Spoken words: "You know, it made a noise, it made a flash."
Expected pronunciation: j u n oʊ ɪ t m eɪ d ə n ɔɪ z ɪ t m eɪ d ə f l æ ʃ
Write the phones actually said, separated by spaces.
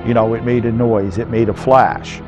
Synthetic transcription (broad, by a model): j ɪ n oʊ ɪ t m eɪ d ə n ɔɪ z ɪ t m eɪ d ə f l æ ʃ